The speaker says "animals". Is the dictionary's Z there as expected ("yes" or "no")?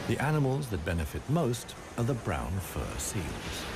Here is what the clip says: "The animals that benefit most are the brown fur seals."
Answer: yes